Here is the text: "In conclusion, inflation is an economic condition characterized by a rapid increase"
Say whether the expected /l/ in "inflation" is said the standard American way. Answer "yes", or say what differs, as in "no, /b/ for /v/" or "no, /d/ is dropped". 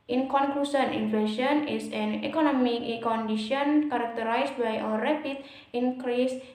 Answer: no, /l/ is dropped